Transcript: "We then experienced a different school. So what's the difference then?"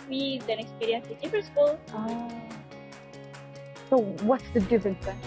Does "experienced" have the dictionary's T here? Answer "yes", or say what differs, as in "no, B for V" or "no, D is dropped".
no, T is dropped